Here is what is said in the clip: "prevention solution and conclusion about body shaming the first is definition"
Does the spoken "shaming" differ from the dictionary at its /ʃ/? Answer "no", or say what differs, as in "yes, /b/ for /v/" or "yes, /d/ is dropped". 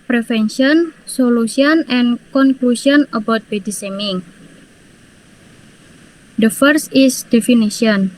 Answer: yes, /s/ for /ʃ/